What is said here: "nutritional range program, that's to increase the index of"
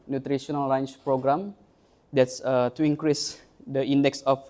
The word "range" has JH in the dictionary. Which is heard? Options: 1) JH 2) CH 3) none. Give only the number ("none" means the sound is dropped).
2